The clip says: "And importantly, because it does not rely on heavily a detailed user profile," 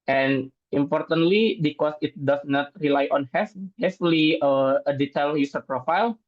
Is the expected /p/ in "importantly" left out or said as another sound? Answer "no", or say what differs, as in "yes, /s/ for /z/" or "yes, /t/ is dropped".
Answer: no